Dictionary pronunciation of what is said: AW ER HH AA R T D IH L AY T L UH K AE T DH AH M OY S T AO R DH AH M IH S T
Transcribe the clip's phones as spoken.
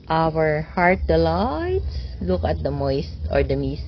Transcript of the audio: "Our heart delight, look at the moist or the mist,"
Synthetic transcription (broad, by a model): AW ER HH AA R T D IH L AY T L UH K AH T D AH M OY S T AO R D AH M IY S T